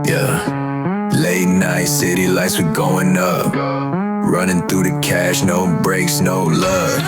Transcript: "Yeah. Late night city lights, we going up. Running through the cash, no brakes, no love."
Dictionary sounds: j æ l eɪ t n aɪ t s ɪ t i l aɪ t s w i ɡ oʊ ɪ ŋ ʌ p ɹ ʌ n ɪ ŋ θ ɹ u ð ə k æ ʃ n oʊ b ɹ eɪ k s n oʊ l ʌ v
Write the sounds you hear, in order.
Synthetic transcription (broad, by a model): j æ l eɪ t n aɪ t s ɪ t i l aɪ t s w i ɡ oʊ ɪ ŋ ʌ p ɹ ʌ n ɪ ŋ θ ɹ u ð ə k æ ʃ n oʊ b ɹ eɪ k s n oʊ l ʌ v